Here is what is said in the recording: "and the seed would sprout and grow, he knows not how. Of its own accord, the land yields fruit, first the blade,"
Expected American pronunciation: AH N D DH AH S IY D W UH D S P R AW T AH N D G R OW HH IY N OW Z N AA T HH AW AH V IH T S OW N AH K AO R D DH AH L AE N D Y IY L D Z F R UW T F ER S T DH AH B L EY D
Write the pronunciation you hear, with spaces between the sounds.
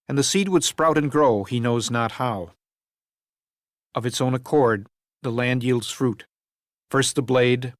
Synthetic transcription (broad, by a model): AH N DH AH S IY D W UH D S P R AW T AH N G R OW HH IY N OW Z N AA T HH AW AH V IH T S OW N AH K AO R D DH AH L AE N D Y IY L D Z F R UW T F ER S T DH AH B L EY D